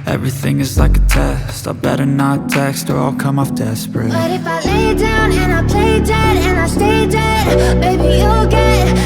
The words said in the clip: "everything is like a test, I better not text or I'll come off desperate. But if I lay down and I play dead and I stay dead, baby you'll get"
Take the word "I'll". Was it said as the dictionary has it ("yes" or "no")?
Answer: yes